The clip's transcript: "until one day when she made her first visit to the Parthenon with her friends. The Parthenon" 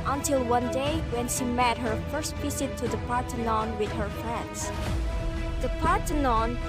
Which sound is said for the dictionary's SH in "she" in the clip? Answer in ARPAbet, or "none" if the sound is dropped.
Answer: SH